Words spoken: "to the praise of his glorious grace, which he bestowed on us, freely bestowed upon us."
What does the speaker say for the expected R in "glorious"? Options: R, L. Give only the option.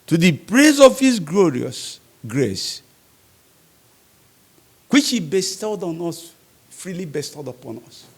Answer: R